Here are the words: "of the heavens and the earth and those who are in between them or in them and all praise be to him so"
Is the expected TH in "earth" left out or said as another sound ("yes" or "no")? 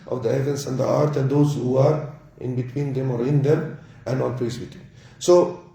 yes